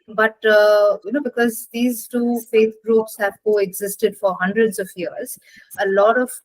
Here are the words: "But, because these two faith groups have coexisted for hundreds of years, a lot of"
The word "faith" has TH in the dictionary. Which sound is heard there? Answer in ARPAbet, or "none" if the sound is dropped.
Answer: T